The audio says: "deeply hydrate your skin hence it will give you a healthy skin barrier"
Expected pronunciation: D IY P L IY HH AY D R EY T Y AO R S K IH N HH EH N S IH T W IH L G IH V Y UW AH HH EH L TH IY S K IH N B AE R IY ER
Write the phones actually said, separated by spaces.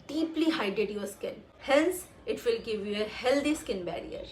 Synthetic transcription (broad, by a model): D IY P L IY HH AY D EY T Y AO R S K IH N HH EH N S IH T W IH L G IH V Y UW AH HH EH L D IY S K IH N B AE R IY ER